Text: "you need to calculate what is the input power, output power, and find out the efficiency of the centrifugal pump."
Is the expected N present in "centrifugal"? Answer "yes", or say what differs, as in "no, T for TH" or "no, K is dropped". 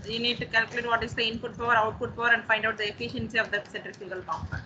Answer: no, N is dropped